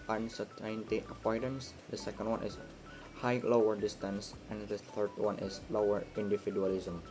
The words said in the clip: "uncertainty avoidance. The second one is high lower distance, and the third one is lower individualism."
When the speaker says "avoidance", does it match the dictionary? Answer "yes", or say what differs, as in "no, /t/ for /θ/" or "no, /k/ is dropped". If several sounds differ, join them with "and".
no, /p/ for /v/